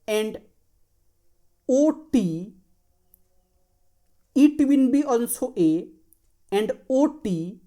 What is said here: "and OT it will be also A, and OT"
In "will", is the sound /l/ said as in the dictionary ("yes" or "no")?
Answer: no